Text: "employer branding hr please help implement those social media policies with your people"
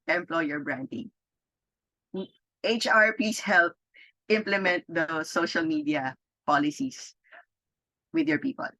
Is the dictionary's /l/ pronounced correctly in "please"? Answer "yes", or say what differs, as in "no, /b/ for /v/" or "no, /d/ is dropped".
no, /l/ is dropped